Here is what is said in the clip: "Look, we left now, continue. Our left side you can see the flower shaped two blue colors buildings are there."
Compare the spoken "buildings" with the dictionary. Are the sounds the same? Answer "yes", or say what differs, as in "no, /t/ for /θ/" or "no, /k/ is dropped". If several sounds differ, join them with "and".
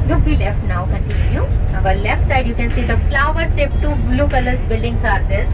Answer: no, /s/ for /z/